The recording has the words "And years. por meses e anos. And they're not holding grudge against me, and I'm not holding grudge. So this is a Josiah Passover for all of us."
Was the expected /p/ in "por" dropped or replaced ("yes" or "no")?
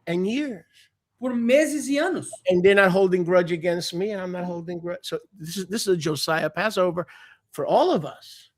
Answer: no